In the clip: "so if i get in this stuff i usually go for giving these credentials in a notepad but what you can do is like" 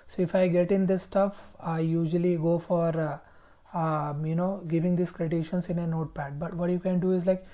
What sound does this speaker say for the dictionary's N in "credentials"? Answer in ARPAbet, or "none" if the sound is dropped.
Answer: none